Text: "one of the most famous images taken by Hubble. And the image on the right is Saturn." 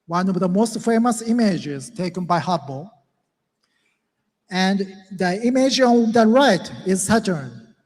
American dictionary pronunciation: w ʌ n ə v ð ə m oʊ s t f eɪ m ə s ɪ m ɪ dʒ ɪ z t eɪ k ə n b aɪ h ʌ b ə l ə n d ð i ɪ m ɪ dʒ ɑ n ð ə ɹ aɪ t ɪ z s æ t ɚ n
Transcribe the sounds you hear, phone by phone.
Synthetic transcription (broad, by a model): w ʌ n ə v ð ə m oʊ s t f eɪ m ə s ɪ m ɪ dʒ ɪ z t eɪ k ə n b aɪ h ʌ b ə l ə n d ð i ɪ m ɪ dʒ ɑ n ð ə ɹ aɪ t ɪ z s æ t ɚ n